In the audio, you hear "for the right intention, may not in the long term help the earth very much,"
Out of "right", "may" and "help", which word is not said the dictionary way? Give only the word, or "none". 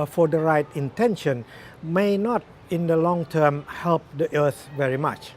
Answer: none